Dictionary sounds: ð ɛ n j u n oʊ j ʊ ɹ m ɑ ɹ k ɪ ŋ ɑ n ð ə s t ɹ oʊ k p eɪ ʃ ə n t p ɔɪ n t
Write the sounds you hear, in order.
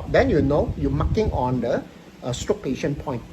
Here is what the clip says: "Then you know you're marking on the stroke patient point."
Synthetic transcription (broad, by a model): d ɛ n j u n oʊ j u m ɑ k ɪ ŋ ɑ n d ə s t oʊ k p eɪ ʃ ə n p ɔɪ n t